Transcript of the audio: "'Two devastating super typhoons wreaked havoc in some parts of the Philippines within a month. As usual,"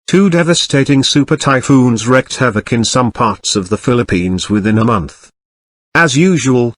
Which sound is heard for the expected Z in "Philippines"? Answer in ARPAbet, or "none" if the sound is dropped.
Z